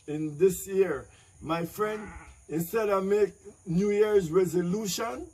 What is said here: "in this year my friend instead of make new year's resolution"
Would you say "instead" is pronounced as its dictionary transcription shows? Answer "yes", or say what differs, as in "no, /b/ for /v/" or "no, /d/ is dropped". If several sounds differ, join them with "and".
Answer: yes